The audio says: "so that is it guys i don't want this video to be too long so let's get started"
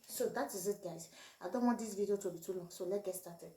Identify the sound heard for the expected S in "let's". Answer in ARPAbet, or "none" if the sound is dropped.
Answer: none